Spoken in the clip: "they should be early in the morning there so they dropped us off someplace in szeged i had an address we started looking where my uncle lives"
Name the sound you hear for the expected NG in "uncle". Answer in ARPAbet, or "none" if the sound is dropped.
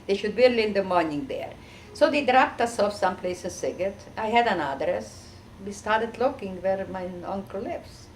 NG